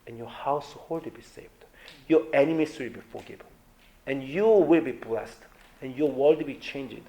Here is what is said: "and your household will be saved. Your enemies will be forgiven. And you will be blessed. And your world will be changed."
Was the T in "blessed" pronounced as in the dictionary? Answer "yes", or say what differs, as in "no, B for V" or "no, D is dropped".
yes